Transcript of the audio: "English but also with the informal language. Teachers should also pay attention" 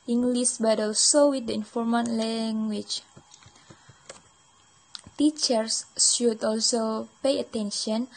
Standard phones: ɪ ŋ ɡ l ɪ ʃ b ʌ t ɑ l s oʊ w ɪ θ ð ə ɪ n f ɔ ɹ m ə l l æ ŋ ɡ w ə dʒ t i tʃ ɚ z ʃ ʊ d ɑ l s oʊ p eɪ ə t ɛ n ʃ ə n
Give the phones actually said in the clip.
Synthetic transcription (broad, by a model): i ŋ ɡ l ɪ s b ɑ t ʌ l s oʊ w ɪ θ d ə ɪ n f ɔ ɹ m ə n l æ ŋ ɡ w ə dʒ t i tʃ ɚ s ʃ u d ɑ l s oʊ p eɪ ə t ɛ n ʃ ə n